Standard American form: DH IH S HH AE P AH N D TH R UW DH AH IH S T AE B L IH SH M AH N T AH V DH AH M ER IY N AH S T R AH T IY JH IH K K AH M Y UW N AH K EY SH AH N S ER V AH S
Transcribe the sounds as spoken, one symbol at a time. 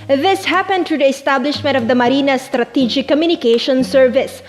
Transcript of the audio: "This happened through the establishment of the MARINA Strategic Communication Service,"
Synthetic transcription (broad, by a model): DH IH S HH AE P AH N D T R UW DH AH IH S T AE B L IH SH M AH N T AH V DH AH M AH IY N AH S T R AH T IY JH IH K K AH M Y UW N AH K EY SH AH N S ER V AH S